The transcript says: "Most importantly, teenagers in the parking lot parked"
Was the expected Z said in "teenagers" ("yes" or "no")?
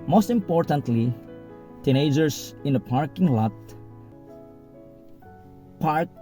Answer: no